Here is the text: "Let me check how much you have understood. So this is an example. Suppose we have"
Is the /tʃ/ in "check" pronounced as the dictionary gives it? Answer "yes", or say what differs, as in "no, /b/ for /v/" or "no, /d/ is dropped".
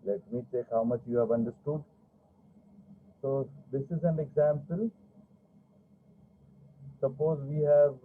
no, /s/ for /tʃ/